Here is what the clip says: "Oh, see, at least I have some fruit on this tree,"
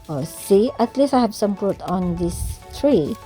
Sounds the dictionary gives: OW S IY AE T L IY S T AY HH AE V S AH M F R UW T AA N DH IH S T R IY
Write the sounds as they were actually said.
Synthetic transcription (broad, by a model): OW S IY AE T L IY S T AY HH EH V S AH M P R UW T AA N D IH S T R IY